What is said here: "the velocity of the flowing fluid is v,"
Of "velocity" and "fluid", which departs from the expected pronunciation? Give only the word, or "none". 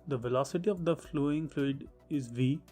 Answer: none